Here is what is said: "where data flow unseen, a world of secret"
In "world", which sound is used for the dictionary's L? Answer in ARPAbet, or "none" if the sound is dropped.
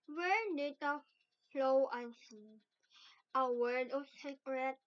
none